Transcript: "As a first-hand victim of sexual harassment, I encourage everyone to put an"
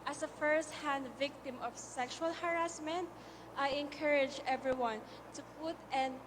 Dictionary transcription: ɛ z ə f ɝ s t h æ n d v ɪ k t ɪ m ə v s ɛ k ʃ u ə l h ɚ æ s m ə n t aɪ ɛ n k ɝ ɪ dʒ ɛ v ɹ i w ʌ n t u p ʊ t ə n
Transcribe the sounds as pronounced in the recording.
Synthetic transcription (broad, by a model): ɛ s ə f ɝ s t h æ n d v ɪ k t ɪ m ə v s ɛ k ʃ u ə l h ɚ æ s m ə n t aɪ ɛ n k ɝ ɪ dʒ ɛ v ɹ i w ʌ n t u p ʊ t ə n